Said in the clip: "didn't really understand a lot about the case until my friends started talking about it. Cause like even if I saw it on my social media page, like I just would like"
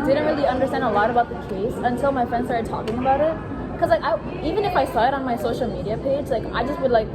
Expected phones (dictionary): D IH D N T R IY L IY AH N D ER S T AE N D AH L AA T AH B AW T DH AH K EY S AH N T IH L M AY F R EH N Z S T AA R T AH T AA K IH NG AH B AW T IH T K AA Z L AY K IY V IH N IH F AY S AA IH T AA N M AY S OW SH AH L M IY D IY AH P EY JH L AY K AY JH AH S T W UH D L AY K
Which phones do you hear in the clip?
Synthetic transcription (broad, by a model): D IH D N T R IY L IY AH N D ER S T AE N D AH L AA T AH B AW T DH AH K EY S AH N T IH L M AY F R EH N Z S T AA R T T AA K IH NG AH B AW T IH T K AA Z L AY K IY V IH N IH F AY S AA IH T N M AY S OW SH AH L M IY D IY AH P EY JH L AY K AY JH AH S T W UH D L AY K